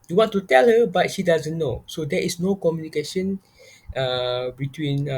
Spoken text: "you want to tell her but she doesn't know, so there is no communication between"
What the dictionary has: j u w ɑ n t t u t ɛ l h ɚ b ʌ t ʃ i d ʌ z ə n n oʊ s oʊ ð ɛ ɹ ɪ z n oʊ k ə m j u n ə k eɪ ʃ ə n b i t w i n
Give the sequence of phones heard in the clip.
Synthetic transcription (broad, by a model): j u w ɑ n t t u t ɛ l h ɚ b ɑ t ʃ i d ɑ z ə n n oʊ s oʊ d ɛ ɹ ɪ s n oʊ k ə m j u n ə k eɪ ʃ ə n b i t w i n